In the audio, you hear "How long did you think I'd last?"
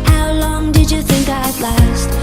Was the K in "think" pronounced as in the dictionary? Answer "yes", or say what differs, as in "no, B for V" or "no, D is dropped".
yes